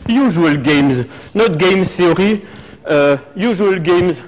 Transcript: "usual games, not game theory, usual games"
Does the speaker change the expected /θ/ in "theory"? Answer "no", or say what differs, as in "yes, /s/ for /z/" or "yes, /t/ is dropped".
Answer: yes, /s/ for /θ/